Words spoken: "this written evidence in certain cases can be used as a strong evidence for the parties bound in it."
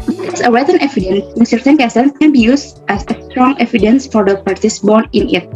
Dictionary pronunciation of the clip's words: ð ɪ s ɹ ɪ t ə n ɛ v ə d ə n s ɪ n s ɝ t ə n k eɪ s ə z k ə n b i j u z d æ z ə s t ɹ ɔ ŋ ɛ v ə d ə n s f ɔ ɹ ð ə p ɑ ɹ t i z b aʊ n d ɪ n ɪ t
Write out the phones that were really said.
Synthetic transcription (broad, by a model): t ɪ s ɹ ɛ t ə n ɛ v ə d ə n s ɪ n s ɝ t ə n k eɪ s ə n k ə n b i j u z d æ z ə s t ɹ ɔ ŋ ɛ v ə d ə n s f ɔ ɹ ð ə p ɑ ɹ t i s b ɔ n ɪ n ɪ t